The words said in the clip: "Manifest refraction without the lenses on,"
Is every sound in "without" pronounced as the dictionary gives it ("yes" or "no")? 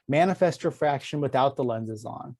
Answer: yes